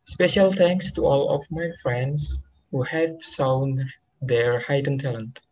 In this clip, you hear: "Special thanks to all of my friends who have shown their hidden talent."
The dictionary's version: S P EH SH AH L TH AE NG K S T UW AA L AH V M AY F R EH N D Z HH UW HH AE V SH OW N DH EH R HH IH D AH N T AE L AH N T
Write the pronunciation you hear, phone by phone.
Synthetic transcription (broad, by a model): S P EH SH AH L T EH NG K S T UW AA L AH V M AY F R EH N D S HH UW HH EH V S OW N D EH R HH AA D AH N T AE L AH N T